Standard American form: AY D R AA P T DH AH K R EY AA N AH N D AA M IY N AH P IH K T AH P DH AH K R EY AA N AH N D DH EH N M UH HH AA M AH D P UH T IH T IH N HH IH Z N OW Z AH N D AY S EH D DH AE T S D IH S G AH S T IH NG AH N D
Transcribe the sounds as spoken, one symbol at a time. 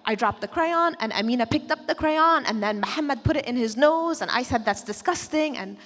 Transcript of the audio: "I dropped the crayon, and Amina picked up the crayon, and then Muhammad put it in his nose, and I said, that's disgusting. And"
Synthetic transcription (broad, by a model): AY D R AA P T DH AH K R EY AA N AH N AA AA M IY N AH P IH K T AH P DH AH K R EY AA N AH N DH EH N M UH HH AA M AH D P UH T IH T IH N IH Z N OW Z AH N AY S EH D DH AE T S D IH S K AH S T IH NG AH N